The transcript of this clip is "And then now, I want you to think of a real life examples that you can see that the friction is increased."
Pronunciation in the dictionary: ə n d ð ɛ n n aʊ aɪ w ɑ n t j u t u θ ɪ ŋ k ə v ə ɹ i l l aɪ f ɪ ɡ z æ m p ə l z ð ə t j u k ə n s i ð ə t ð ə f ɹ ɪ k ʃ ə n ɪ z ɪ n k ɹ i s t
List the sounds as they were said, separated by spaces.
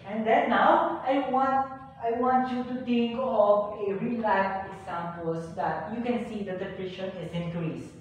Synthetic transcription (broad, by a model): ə n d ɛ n n aʊ aɪ w ɑ n t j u t u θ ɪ ŋ k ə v ə ɹ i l l aɪ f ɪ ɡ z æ m p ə l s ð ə t j u k ə n s i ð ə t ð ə p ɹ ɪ ʃ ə n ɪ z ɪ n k ɹ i s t